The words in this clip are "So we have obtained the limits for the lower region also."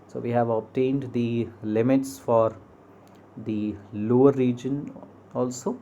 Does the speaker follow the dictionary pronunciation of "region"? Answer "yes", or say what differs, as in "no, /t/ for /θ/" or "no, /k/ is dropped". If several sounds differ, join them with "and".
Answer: yes